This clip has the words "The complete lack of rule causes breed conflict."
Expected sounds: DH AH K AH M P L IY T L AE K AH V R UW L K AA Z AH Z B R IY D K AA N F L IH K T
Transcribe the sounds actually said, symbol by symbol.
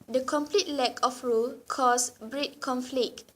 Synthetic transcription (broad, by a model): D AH K AH M P L IY T L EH K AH F R UW L K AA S B R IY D K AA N F L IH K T